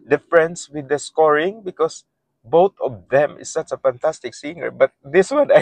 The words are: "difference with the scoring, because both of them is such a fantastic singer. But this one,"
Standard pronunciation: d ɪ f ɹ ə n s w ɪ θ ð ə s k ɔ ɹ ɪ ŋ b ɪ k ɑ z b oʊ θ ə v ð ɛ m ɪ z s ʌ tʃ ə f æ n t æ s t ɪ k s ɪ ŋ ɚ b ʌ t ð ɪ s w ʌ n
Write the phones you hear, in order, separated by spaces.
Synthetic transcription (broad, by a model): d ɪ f ɹ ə n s w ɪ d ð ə s k ɔ ɹ ɪ ŋ b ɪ k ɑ s b oʊ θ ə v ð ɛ m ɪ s s ʌ tʃ ə f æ n t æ s t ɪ k s ɪ ŋ ɚ b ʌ t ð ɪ s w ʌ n